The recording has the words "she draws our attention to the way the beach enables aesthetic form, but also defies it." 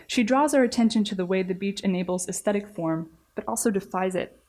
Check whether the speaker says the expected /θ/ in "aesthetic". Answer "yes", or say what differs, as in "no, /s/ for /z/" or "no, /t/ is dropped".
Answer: yes